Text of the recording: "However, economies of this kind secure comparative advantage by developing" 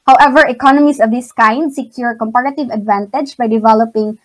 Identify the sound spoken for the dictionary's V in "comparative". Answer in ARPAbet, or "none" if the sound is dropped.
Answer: V